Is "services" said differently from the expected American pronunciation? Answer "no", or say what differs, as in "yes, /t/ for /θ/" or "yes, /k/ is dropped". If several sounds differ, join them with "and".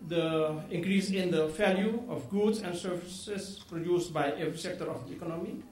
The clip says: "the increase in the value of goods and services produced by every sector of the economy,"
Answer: yes, /s/ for /z/